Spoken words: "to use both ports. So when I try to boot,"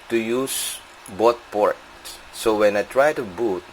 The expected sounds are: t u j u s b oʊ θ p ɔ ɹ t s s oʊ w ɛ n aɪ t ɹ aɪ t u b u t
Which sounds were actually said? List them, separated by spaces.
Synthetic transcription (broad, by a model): t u j u s b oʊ t p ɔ ɹ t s s oʊ w ɛ n aɪ t ɹ aɪ t u b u t